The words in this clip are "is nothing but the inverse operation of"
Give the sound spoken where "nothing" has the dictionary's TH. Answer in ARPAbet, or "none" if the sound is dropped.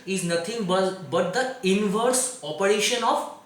T